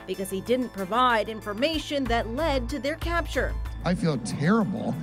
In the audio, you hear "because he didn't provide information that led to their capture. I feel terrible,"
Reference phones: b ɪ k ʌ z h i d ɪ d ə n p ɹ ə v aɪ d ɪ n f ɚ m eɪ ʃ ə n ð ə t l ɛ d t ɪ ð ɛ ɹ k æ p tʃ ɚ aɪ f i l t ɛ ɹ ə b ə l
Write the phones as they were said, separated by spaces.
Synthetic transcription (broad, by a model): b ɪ k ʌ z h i d ɪ d n p ɹ ə v aɪ d ɪ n f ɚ m eɪ ʃ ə n ð ə t l ɛ d t ɪ ð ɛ ɹ k æ p tʃ ɚ aɪ f i l t ɛ ɹ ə b l